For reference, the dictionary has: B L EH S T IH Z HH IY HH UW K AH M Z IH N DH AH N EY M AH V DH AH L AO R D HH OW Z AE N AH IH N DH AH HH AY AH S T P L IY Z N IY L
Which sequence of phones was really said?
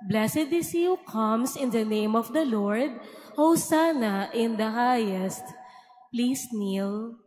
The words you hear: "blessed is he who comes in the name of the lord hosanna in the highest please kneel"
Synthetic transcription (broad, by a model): B L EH S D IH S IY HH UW K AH M S IH N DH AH N EY M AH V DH AH L AO R D HH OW S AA N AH IH N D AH HH AY AH S T P L IY S N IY L